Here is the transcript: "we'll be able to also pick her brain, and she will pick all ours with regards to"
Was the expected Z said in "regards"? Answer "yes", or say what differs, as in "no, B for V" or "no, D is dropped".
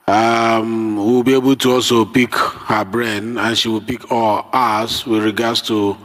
no, S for Z